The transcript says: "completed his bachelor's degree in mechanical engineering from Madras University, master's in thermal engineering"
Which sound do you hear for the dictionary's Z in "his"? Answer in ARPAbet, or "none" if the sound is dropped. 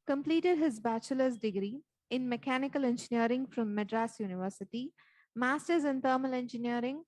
Z